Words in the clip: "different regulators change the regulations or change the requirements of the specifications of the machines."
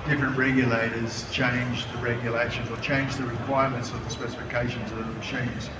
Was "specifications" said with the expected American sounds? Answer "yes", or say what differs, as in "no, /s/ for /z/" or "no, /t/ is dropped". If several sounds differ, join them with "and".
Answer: yes